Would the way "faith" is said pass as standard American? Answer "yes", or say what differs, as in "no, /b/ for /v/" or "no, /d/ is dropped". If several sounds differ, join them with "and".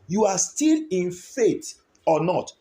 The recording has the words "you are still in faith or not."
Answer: no, /t/ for /θ/